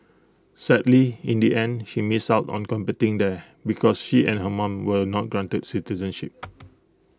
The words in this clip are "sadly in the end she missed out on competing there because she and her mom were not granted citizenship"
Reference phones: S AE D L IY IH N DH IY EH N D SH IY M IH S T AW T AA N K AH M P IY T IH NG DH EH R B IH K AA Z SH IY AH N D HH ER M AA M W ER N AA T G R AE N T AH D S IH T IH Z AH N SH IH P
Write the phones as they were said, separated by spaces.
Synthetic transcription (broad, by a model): S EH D L IY IH N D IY EH N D SH IY M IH S AW T AA N K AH M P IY T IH NG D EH B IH K AA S SH IY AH N HH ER M AA M W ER N AA T G R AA N T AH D S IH T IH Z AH N SH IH P